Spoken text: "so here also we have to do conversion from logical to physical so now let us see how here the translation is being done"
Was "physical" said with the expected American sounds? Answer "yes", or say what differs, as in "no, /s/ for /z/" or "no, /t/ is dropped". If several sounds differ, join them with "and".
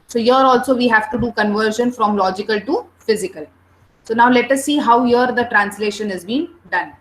yes